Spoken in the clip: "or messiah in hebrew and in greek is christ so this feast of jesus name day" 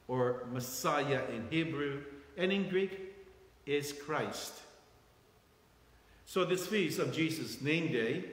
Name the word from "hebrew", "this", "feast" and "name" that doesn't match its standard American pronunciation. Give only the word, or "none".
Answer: feast